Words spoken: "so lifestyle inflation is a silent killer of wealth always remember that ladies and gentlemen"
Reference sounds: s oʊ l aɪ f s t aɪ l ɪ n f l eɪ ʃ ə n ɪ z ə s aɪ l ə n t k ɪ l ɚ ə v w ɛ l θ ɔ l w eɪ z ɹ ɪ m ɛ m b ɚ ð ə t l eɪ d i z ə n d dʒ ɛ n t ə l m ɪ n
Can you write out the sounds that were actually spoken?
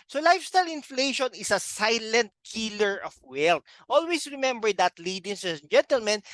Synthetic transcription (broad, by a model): s oʊ l aɪ f s t aɪ l ɪ n f l eɪ ʃ ə n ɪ s ə s aɪ l ə n t k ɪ l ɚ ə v w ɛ l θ ɔ l w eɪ s ɹ ɪ m ɛ m b ɚ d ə t l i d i s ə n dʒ ɛ n t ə l m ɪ n